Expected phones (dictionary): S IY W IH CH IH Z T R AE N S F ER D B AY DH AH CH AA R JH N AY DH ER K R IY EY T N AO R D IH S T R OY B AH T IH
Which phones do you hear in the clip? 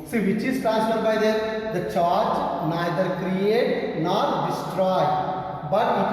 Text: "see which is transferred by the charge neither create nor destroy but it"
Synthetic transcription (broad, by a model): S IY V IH CH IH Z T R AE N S ER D B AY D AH CH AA R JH N AY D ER K R IY EY T N AO R D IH S T R OY B AH T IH